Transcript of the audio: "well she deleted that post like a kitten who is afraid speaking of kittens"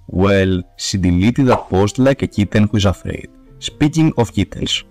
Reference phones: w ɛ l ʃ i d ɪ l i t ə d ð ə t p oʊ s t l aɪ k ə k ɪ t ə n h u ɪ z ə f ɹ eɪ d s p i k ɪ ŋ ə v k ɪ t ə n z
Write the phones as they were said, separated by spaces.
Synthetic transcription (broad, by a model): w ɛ l s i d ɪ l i t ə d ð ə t p oʊ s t l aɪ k ə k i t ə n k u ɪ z ə f ɹ eɪ d s p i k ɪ ŋ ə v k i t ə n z